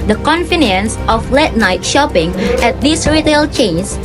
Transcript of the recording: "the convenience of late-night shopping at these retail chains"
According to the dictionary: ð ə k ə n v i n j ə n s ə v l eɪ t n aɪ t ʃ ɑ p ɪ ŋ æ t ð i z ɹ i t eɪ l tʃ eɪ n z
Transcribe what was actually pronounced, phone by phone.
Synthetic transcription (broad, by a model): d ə k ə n f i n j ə n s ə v l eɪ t n aɪ t ʃ ɑ p ɪ ŋ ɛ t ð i s ɹ i t eɪ l tʃ eɪ n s